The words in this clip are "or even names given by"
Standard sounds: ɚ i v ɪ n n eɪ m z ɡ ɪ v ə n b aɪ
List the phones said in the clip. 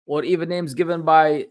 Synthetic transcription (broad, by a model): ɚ i v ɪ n n eɪ m z ɡ ɪ v ə n b aɪ